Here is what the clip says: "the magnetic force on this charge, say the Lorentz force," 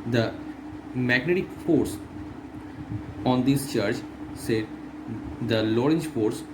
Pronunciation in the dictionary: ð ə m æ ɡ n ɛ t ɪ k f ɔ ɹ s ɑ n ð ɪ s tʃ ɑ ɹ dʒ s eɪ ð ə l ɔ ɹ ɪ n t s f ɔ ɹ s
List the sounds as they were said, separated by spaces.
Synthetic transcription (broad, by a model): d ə m æ ɡ n ɛ t ɪ k f ɔ ɹ s ɑ n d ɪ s tʃ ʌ ɹ tʃ s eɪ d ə l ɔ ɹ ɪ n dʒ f ɔ ɹ s